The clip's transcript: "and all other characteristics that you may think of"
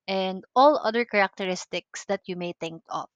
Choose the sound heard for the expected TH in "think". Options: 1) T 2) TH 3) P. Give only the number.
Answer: 1